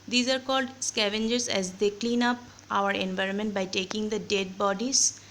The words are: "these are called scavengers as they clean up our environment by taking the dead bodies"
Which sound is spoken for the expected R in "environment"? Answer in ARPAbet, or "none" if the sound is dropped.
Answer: R